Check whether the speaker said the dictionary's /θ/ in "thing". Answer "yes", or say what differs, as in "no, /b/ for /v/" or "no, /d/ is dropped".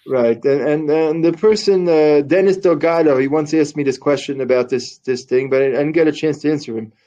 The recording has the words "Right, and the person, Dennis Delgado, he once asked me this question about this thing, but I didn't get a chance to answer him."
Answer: yes